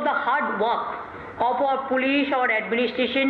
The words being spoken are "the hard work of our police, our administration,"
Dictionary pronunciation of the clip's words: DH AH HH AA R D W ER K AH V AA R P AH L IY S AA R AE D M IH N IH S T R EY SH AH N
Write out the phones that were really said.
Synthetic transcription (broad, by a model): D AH HH AA R D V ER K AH P AA R P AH L IY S AA R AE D M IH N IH S T R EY SH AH N